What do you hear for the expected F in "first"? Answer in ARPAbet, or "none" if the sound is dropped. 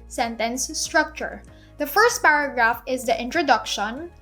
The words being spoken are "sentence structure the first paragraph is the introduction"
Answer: F